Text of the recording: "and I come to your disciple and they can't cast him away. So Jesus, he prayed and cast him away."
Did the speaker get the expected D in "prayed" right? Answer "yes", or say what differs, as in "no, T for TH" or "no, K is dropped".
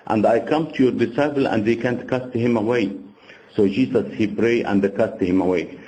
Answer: no, D is dropped